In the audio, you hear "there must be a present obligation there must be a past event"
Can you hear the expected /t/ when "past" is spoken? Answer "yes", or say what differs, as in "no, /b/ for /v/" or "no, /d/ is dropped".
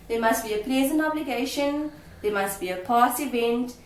no, /t/ is dropped